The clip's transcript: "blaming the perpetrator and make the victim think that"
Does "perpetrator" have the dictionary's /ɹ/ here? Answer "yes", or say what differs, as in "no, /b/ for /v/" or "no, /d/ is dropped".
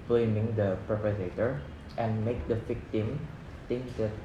no, /ɹ/ is dropped